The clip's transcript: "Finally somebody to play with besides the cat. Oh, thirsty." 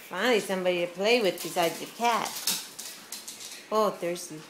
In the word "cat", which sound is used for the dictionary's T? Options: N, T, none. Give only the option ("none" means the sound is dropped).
T